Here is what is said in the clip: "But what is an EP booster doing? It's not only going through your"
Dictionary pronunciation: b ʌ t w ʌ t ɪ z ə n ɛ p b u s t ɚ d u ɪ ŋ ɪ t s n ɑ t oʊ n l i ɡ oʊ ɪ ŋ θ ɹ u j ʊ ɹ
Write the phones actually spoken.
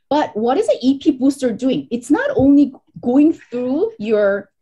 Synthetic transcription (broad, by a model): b ʌ t w ʌ t ɪ z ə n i p b u s t ɚ d u ɪ ŋ ɪ t s n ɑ t oʊ n l i ɡ oʊ ɪ ŋ θ ɹ u j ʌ ɹ